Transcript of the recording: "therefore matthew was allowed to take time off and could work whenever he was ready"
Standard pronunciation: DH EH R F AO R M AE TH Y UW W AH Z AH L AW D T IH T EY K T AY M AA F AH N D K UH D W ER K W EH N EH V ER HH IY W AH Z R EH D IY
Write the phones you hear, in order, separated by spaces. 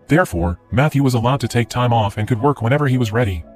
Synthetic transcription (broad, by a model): DH EH R F AO R M AE TH Y UW W AH Z AH L AW D T IH T EY K T AY M AA F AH N K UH D W ER K W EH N EH V ER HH IY W AH Z R EH D IY